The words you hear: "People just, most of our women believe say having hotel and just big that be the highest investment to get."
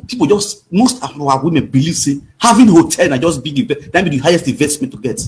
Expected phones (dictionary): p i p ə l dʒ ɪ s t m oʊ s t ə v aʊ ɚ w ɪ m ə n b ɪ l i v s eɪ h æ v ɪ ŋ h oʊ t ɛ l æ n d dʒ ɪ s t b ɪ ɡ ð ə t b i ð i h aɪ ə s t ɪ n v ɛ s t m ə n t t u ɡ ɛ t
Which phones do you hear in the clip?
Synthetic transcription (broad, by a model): p i p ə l dʒ ɪ s t m oʊ s t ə f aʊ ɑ w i m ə n b ɪ l i v s eɪ h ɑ v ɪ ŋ h oʊ t ɛ l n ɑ dʒ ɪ s b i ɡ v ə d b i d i h aɪ ə s t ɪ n v ɛ s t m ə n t t u ɡ ɛ t